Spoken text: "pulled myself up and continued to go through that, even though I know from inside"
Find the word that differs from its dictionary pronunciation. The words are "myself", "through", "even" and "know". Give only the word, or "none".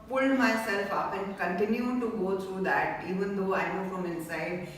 through